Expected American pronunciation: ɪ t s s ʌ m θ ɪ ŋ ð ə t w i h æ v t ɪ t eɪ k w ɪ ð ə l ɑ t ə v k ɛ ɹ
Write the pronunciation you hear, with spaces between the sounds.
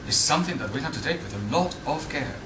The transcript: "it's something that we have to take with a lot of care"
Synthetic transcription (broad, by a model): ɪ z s s ʌ m θ ɪ ŋ ð ə t w i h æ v t ɪ t eɪ k w ɪ ð ə l ɑ t ə v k ɛ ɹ